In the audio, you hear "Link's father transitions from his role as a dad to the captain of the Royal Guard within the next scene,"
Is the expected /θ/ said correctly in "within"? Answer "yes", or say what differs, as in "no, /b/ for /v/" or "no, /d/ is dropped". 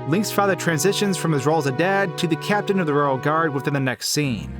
yes